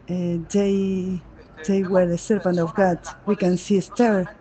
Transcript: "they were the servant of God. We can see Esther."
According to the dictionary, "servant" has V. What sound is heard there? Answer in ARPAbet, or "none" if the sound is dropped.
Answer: P